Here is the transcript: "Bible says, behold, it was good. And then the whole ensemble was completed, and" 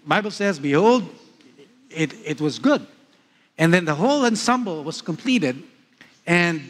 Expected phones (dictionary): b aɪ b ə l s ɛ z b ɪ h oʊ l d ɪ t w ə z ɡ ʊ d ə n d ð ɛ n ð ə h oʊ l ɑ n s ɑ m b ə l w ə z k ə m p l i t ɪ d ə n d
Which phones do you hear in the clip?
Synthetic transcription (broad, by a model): b aɪ b l s ɛ z b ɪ h oʊ l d ɪ t w ə z ɡ ʊ d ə n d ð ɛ n ð ə h oʊ l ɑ n s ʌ m b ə l w ə z k ə m p l i t ɪ d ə n